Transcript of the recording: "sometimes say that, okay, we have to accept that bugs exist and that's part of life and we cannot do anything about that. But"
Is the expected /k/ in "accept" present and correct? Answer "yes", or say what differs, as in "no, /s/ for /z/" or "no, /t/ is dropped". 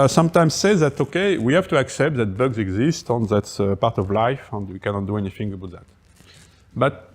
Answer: yes